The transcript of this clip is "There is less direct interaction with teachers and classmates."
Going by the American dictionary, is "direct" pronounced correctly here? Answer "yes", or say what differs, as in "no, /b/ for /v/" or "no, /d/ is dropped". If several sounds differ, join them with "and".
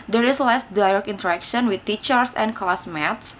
no, /t/ is dropped